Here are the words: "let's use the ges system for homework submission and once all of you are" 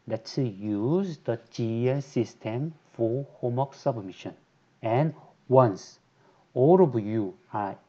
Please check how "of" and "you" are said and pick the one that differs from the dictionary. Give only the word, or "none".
of